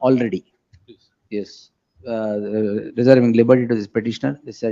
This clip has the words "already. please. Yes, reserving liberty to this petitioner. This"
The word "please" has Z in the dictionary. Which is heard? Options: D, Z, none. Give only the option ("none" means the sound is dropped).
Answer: none